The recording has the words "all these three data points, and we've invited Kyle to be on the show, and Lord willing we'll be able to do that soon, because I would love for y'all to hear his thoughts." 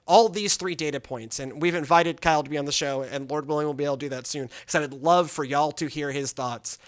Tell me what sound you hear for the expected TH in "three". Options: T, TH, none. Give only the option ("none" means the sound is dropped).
TH